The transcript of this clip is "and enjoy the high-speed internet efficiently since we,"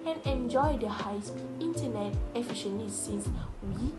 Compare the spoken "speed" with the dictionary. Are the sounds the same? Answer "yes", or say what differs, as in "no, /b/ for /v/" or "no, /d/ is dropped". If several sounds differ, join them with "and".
no, /p/ is dropped